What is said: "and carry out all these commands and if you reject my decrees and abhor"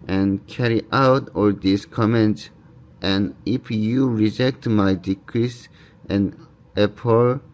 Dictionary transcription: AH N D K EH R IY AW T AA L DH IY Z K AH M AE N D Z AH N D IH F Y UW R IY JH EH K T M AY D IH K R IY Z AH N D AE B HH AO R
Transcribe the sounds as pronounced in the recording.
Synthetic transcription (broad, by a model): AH N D K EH R IY AW T AA L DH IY S K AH M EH N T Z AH N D IH F Y UW R IY JH EH K T M AY D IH K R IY S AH N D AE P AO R